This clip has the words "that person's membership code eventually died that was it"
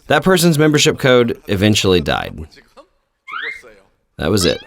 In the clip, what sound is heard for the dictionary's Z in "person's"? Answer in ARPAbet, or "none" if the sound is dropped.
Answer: Z